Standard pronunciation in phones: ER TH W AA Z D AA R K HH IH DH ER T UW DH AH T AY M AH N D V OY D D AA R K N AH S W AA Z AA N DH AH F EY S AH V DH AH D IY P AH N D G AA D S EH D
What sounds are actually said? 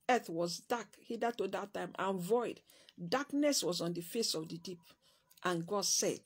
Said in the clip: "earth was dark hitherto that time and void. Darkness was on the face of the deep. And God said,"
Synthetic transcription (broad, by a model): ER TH W AA Z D AA K HH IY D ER T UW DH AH T AY M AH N V OY D D AA K N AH S W AA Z AA N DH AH F EY S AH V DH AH D IY P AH N G AA D S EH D